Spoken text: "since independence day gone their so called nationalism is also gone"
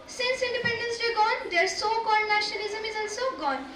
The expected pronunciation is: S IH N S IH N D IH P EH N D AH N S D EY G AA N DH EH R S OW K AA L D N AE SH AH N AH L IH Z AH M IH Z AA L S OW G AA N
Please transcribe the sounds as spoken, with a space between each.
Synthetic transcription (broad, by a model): S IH N S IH N D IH P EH N D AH N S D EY G AA N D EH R S OW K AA D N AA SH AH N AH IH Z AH M IH Z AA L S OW G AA N